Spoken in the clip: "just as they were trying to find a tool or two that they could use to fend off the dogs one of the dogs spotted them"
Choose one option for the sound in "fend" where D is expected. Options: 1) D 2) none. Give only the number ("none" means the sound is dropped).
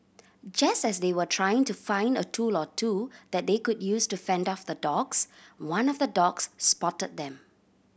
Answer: 1